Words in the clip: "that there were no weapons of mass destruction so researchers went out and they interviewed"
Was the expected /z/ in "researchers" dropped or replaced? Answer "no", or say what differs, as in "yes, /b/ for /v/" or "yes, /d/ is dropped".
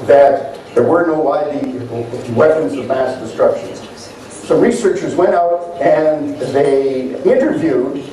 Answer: no